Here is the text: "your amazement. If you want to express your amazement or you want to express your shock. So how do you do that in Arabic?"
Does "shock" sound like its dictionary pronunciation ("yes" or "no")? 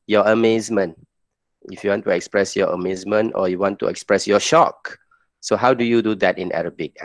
yes